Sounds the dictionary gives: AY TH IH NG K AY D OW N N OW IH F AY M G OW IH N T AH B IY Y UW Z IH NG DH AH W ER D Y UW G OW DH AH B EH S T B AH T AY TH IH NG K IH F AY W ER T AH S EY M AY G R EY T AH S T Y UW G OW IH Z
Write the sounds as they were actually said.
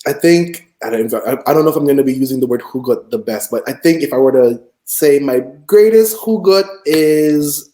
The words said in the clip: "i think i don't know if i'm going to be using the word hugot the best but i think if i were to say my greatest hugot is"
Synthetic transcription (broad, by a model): AY TH IH NG K AY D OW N N OW IH F AY M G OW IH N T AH B IY Y UW Z IH NG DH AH W ER D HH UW G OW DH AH B EH S T B AH T AY TH IH NG K IH F AY W ER T AH S EY M AY G R EY T AH S T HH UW G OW IH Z